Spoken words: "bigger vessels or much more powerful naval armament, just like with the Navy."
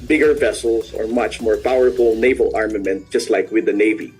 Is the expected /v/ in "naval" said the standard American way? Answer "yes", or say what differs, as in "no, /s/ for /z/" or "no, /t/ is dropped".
yes